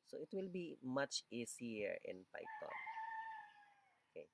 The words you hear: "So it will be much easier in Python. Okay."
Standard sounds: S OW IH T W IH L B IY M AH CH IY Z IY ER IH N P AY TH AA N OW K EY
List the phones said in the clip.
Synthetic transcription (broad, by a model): S OW IH T W IH L B IY M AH CH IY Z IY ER IH N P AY T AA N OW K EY